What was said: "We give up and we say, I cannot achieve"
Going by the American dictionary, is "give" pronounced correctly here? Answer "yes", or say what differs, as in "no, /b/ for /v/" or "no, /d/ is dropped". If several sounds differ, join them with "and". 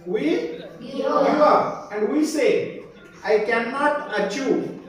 no, /v/ is dropped